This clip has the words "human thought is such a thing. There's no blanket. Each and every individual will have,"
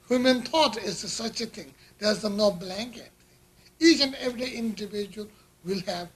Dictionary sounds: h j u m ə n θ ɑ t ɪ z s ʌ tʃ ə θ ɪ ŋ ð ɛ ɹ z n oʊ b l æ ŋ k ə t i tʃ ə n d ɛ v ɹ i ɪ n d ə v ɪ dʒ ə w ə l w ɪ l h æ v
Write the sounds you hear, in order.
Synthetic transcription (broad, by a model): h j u m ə n t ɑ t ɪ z s ʌ tʃ ə t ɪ ŋ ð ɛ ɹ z n oʊ b l æ ŋ k ə t i tʃ ə n d ɛ v ɹ i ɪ n d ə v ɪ dʒ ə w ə l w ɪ l h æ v